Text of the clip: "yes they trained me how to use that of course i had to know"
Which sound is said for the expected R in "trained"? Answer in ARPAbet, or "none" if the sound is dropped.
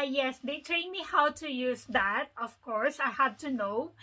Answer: L